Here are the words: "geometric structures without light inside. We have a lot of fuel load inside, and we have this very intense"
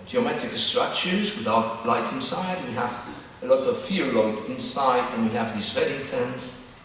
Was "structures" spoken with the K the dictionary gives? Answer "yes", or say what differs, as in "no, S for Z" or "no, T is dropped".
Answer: no, K is dropped